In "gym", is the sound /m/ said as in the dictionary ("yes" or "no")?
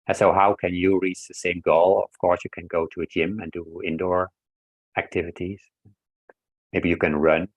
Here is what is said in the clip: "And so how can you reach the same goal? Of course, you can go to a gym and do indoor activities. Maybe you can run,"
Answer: yes